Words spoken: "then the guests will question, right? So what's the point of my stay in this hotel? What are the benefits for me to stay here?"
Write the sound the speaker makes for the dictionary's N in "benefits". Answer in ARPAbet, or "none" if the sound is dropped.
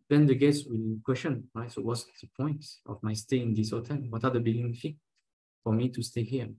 L